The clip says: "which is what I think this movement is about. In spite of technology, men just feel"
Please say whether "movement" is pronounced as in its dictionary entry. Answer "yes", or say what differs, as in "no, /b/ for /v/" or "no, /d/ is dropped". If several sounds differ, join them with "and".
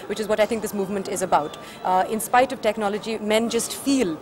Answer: yes